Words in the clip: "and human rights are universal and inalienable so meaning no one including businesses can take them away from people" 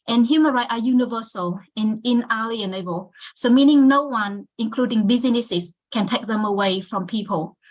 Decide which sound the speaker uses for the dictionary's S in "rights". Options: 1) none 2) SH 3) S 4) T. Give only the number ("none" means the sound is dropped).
1